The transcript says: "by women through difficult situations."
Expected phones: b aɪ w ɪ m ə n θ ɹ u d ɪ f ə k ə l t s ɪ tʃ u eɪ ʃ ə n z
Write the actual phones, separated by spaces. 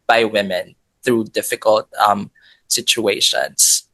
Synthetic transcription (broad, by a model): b aɪ w ɪ m ə n θ ɹ u d ɪ f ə k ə l t s ɪ tʃ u eɪ ʃ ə n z